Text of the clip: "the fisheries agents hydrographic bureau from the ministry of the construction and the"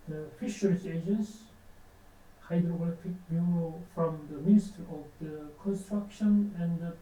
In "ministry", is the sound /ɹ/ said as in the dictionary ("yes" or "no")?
no